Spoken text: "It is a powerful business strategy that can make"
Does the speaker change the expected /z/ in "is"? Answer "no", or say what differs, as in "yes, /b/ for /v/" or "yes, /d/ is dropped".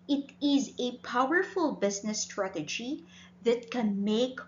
no